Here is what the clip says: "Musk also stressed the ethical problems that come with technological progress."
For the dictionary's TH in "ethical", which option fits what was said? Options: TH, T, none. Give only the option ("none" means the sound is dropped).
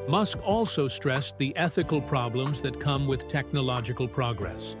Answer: TH